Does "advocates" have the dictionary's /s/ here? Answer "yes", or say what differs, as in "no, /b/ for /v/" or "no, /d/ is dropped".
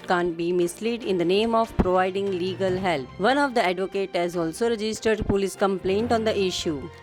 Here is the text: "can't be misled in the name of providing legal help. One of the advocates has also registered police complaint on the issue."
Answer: no, /s/ is dropped